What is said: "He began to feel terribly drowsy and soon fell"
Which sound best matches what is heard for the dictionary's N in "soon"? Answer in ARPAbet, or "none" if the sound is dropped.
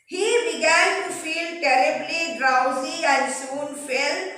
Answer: N